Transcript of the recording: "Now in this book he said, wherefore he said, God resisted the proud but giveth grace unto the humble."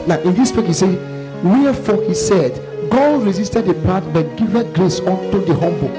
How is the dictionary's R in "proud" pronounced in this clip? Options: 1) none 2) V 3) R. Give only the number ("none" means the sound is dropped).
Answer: 1